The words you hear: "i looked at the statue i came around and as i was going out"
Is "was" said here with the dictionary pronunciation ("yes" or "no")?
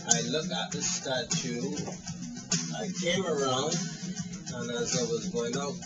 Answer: yes